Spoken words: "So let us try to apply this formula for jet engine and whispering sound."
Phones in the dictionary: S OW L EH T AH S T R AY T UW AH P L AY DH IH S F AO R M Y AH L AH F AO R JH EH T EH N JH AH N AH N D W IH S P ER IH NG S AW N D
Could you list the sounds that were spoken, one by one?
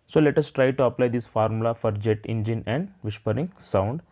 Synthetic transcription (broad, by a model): S OW L EH T AH S T R AY T UW AH P L AY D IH S F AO R M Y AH L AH F AO R JH EH T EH N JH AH N AH N D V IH SH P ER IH NG S AW N D